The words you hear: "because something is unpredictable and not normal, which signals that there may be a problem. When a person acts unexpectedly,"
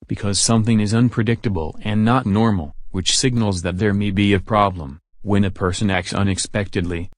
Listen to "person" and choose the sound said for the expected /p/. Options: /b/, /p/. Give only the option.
/p/